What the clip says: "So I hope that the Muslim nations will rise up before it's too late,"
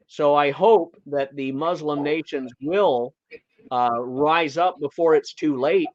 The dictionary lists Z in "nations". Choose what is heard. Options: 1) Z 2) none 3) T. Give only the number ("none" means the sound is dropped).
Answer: 1